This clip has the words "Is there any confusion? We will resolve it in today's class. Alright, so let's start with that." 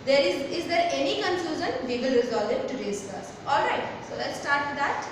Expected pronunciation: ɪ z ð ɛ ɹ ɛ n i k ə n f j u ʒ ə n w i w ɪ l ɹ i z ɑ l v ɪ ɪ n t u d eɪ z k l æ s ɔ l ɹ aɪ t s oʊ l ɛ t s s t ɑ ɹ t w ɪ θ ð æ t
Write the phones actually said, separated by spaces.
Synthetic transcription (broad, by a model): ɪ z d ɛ ɹ ɛ n i k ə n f j u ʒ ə n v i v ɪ l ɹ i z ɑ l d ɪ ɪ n t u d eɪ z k ɑ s ɔ l ɹ aɪ t s oʊ l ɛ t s s t ɑ ɹ t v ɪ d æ t